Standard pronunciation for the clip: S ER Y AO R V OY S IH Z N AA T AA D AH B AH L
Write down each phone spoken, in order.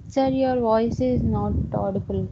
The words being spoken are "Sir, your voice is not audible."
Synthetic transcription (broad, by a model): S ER Y AO R V OY S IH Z N AA T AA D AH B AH L